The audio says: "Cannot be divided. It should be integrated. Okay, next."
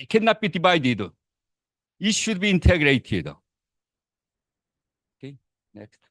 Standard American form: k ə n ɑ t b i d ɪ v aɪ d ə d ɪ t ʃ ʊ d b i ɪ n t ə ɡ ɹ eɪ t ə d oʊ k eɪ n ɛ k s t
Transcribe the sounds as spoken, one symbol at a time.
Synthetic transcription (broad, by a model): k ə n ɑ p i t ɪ b aɪ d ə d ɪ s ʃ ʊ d b i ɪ n t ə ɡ ɹ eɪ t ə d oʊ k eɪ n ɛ k s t